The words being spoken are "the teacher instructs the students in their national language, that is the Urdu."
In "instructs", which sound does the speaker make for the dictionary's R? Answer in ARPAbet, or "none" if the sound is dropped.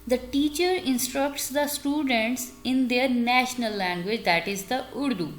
R